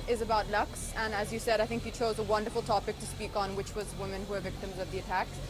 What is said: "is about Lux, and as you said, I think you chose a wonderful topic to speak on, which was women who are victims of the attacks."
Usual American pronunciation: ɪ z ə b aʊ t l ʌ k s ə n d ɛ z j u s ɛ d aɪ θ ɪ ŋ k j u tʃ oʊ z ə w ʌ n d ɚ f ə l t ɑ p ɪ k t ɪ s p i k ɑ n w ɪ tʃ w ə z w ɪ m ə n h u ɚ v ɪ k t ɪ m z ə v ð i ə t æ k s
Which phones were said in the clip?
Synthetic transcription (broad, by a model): ɪ z ə b aʊ t l ʌ k s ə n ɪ z j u s ɛ d aɪ θ ɪ ŋ k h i tʃ oʊ z ə w ʌ n d ɚ f l t ɑ p ɪ k t ɪ s p i k n w ɪ tʃ w ə z w ɪ m ə n h u ɚ v ɪ k t ɪ m z ə v ð i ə t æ k